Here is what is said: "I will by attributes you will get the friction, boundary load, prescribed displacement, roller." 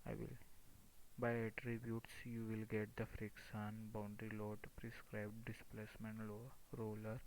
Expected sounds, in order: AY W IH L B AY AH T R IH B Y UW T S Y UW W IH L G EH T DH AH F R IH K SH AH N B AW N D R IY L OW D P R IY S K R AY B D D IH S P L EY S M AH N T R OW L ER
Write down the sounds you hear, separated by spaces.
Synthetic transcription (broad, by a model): AY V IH L B AY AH T R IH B Y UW T S Y UW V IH L G EH T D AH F R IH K S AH N B AW N D R IY L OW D P R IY S K R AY B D D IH S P L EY S M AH N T R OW L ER